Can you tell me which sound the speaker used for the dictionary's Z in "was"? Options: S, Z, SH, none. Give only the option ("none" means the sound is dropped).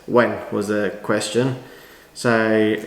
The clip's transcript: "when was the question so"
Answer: Z